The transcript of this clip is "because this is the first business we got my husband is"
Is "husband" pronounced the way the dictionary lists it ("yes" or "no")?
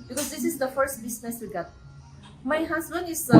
no